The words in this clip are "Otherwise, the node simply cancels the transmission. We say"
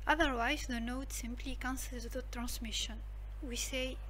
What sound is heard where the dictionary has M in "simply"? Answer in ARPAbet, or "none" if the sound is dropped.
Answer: M